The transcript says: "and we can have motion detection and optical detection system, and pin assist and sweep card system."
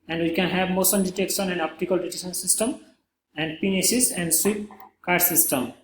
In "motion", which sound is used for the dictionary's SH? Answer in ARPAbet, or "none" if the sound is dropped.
S